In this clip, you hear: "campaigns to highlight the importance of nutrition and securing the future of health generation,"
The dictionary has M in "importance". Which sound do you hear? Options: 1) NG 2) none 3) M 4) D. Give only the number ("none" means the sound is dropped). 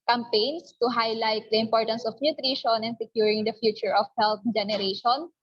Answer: 3